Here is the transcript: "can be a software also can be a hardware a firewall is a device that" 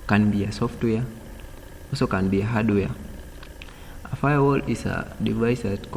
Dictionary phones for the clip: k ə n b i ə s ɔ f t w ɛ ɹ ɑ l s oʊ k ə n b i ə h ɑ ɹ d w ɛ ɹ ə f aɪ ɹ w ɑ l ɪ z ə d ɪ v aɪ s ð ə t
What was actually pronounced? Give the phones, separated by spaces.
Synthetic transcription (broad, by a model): k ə n b i ə s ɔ f t w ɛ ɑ s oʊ k ə n b i ə h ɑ d w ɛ ə f aɪ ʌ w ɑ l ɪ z ə d ɪ v aɪ s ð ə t